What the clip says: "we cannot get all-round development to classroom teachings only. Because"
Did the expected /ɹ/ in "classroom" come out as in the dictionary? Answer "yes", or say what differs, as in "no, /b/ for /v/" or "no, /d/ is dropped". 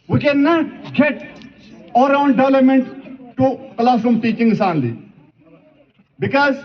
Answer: no, /ɹ/ is dropped